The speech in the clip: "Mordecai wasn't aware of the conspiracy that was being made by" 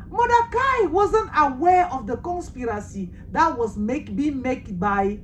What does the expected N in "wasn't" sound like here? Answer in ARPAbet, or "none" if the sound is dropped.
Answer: N